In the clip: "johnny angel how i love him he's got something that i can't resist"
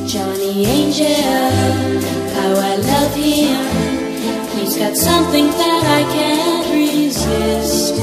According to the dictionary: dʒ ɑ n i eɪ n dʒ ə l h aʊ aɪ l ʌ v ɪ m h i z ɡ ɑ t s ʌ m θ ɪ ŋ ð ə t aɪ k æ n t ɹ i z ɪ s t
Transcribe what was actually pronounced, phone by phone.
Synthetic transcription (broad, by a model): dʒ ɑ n i eɪ n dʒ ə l h aʊ aɪ l ʌ v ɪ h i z ɡ ɑ t s ʌ m θ ɪ ŋ ð ə t aɪ k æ n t ɹ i z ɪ s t